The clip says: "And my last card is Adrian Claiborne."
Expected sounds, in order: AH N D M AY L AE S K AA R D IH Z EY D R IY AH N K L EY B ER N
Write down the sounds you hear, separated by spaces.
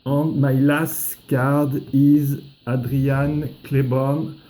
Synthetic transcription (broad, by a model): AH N M AY L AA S K AA R D IH Z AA D R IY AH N K L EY B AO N